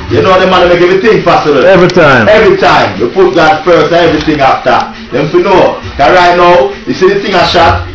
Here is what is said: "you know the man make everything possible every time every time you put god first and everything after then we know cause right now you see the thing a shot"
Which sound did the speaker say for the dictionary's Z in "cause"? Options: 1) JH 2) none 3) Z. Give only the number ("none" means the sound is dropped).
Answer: 2